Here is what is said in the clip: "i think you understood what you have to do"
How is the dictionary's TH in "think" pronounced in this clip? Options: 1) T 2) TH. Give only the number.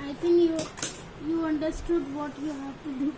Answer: 1